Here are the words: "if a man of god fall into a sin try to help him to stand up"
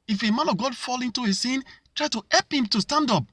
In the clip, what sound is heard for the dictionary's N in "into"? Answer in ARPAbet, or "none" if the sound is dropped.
N